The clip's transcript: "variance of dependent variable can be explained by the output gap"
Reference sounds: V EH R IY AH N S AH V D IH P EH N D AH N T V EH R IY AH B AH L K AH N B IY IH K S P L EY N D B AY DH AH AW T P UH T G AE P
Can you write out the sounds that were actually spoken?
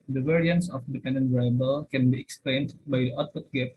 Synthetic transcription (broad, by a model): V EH R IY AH N S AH F D IH P EH N D AH N T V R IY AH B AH L K AH N B IY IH K S P L EY N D B AY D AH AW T F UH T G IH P